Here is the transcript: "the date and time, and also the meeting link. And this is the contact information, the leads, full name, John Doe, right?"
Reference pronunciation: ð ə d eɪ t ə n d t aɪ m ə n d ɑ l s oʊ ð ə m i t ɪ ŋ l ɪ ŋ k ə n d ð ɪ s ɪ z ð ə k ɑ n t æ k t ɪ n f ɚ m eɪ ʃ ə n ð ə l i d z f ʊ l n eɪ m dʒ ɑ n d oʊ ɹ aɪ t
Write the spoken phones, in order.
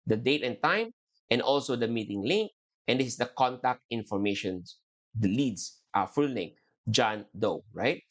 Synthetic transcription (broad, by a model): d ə d eɪ t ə n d t aɪ m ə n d ɑ l s oʊ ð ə m i t ɪ ŋ l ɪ ŋ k ə n d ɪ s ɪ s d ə k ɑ n t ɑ k t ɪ n f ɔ m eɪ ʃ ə n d l i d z f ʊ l l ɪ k dʒ ɑ n d oʊ ɹ aɪ t